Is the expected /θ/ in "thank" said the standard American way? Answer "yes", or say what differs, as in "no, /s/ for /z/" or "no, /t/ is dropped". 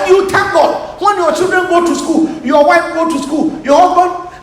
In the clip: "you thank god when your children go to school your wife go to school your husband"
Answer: no, /t/ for /θ/